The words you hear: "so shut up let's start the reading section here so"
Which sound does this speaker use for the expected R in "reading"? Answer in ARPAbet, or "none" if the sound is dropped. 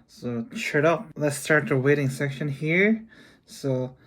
W